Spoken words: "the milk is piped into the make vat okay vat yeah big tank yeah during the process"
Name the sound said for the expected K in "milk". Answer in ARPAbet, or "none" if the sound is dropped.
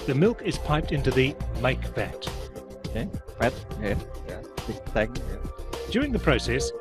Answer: K